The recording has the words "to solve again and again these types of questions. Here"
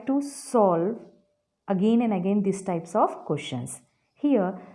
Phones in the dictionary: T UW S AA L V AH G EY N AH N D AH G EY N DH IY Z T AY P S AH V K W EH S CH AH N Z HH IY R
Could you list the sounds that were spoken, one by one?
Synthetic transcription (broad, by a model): T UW S AA L V AH G EY N AH N D AH G EY N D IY S T AY P S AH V K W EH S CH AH N S HH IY R